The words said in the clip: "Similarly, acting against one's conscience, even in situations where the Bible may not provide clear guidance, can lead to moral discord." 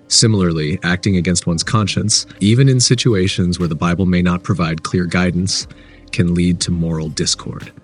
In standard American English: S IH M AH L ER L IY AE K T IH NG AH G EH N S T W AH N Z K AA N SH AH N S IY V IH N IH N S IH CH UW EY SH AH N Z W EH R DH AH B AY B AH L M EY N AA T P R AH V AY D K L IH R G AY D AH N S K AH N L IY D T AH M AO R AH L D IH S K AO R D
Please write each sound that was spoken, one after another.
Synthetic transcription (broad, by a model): S IH M L ER L IY AE K T IH NG AH G EH N S T W AH N Z K AA N SH AH N S IY V IH N IH N S IH CH UW EY SH AH N Z W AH R DH AH B AY B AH L M EY N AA T P R AH V AY D K L IH R G AY D N S K AH N L IY D T AH M AO R L D IH S K AO R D